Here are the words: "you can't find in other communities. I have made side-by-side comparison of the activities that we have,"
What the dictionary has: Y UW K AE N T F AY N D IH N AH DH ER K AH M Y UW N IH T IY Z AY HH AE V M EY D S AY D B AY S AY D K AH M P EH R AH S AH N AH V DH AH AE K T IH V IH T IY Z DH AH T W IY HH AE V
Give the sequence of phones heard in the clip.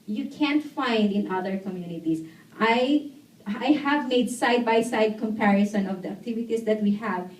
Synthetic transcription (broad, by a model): Y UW K AE N T F AY N D IH N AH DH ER K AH M Y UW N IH T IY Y AY HH AE V M EY D S AY D B AY S AY D K AH M P EH R AH S AH N AH V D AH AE K T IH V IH T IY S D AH T W IY HH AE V